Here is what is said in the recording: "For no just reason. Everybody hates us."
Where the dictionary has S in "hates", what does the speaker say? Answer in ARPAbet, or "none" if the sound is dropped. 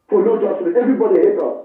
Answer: none